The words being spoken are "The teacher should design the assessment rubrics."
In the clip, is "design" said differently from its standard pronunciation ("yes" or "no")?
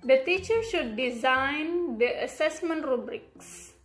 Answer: no